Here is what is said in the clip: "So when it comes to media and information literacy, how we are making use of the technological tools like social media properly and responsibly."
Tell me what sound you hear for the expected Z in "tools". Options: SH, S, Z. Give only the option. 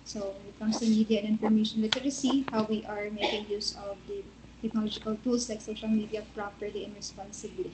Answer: S